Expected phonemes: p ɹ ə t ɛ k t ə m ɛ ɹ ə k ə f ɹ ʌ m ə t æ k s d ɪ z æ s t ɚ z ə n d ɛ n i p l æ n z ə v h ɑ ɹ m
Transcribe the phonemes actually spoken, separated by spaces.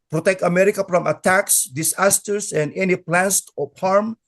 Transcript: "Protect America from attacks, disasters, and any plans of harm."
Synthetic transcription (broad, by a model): p ɹ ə t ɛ k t ə m ɛ ɹ ə k ə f ɹ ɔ m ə t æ k s d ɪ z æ s t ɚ s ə n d ɛ n i p l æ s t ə p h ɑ ɹ m